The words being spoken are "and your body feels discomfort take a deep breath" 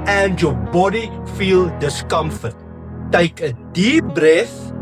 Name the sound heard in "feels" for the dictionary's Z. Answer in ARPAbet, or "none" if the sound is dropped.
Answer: none